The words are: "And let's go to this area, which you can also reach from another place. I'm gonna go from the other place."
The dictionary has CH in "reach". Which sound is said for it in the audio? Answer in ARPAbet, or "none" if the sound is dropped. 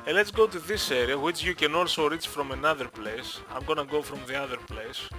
CH